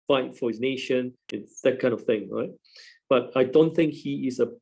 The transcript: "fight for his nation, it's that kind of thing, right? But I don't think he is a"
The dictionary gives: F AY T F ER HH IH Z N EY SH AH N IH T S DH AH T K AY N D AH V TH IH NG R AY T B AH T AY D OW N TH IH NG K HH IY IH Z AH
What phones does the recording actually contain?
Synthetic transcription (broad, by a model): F AY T F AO HH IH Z N EY SH AH N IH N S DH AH T K AY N AH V TH IH NG R AY T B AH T AY D OW N TH IH NG K HH IY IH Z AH